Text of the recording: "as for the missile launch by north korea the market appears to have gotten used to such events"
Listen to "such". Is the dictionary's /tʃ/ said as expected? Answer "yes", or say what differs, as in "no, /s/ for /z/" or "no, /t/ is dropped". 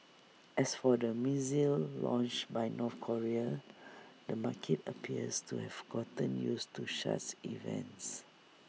no, /s/ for /tʃ/